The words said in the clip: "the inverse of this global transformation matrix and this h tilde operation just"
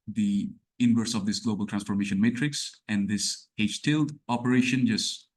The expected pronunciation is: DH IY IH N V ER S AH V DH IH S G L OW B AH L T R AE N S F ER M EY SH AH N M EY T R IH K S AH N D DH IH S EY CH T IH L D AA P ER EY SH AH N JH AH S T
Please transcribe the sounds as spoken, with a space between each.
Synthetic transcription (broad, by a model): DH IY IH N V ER S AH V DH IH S G L OW B AH L T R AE N S F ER M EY SH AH N M EY T R IH K S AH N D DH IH S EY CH T IH L D AA P ER EY SH AH N JH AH S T